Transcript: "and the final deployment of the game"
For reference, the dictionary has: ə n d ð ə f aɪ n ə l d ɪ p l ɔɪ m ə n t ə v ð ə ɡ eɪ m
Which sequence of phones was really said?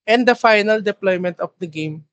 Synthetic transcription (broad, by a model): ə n d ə f aɪ n ə l d ɪ p l ɔɪ m ə n t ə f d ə ɡ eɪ m